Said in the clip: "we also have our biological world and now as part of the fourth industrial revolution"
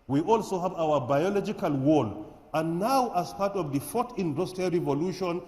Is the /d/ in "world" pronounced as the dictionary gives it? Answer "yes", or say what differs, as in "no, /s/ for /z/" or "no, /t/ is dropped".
no, /d/ is dropped